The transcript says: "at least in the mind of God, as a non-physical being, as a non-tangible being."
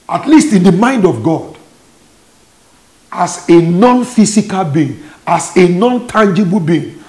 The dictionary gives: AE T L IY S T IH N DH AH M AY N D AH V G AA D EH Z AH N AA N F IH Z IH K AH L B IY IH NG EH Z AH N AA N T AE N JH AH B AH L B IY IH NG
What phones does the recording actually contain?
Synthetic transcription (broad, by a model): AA T L IY S T IH N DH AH M AY N D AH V G AA D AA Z AH N AA N F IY S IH K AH L B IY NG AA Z AH N AA N T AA N JH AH B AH L B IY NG